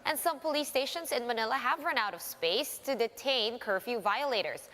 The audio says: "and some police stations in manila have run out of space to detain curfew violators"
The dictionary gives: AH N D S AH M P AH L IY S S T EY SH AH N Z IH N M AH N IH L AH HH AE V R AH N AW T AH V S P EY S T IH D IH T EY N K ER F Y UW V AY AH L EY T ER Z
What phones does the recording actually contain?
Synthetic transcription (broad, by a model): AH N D S AH M P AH L IY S S T EY SH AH N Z IH N M AH N IH L AH HH AE V R AH N AW T AH V S P EY S T IH D IH T EY N K ER F Y UW V AY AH L EY T ER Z